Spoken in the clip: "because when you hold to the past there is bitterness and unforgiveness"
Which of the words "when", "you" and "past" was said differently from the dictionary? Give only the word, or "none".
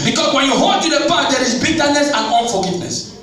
past